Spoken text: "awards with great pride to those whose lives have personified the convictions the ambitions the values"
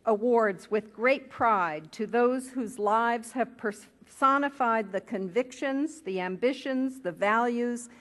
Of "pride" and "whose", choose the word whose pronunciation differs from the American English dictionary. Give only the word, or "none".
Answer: none